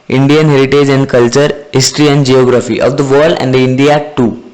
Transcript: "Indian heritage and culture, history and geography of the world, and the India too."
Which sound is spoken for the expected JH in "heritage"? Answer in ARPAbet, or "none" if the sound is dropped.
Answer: JH